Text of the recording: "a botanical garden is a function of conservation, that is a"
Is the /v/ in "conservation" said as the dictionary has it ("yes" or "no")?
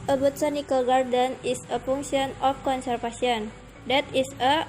no